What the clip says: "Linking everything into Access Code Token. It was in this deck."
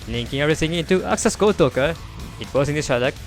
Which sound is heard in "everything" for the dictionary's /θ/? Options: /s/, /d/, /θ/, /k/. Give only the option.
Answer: /s/